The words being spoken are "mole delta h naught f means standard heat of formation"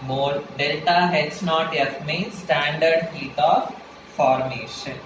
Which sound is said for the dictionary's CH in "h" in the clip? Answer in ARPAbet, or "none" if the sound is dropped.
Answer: S